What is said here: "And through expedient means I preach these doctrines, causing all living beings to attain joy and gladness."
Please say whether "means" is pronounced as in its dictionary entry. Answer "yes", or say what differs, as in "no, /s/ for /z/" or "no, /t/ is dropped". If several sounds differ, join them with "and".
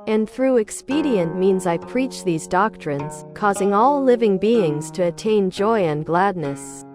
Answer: yes